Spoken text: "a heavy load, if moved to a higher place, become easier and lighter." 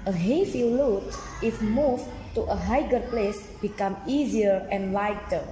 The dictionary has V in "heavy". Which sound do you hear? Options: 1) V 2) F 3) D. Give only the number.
2